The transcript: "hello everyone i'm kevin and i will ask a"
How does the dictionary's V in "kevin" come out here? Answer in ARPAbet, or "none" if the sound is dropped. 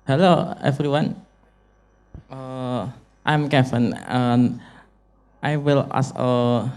F